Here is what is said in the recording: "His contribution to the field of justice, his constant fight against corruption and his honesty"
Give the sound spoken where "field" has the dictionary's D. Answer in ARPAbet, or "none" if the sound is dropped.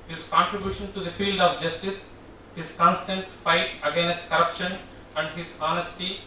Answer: D